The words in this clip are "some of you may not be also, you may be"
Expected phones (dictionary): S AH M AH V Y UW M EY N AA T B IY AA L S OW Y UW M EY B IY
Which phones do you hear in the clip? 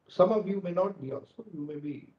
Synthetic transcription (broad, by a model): S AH M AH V Y UW M EY N AA T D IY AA S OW Y UW M EY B IY